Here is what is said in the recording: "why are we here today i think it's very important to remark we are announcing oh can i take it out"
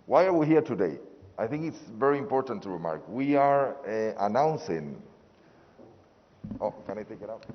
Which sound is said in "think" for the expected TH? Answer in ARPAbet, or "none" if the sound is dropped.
TH